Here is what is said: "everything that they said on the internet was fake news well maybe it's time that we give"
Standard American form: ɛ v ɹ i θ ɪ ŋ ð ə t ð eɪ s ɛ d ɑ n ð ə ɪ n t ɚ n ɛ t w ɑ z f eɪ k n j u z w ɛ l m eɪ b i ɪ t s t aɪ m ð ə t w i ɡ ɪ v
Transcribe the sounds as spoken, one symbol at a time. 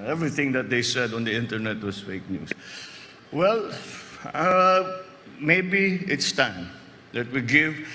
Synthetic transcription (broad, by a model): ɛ v ɹ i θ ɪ ŋ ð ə t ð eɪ s ɛ d ɑ n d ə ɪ n t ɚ n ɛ t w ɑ s f eɪ k n j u s w ɛ l m eɪ b i ɪ t s t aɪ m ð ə t w i ɡ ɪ v